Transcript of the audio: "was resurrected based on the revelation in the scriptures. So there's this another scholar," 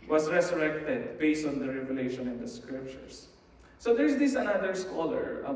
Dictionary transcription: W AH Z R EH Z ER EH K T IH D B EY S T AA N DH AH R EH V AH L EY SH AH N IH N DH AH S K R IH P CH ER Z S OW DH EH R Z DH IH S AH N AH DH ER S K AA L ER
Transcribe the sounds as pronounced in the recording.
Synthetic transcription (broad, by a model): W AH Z R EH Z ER EH K T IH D B EY S T AA N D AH R EH V AH L EY SH AH N IH N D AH S K R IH P CH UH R S OW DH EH R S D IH S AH N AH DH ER S K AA L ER